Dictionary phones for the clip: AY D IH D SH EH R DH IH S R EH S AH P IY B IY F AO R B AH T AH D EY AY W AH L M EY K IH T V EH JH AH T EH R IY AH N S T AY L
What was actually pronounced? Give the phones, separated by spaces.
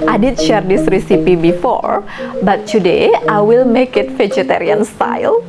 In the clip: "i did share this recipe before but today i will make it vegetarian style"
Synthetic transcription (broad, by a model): AY D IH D SH EH R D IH S R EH S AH P IY B IY F AO R B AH T AH D EY AY W AH L M EY K IH T F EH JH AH T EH R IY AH N S T AY L